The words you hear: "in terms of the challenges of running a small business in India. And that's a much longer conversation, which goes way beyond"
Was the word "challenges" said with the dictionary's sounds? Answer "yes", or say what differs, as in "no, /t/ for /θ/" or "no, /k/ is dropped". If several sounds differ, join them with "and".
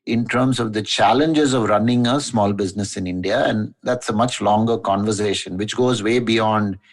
yes